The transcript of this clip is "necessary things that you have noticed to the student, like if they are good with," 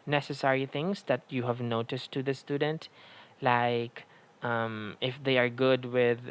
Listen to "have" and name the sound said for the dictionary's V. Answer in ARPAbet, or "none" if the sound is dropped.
V